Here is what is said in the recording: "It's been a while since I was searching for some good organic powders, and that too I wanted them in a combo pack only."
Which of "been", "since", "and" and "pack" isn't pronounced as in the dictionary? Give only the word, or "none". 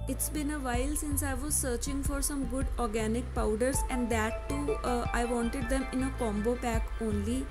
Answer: none